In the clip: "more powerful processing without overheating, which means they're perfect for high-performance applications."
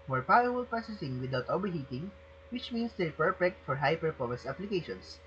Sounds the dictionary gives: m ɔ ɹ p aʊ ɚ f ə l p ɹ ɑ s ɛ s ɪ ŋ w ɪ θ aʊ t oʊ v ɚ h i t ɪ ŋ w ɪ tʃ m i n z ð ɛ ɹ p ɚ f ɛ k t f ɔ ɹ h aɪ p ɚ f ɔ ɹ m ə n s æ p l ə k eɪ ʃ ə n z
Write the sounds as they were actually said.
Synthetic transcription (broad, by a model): m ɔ ɹ p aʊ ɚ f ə l p ɑ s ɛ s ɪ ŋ w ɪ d aʊ t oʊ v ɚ h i t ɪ ŋ w ɪ tʃ m i n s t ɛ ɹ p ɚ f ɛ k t f ɔ ɹ h aɪ p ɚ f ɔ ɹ m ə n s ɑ p l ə k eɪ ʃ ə n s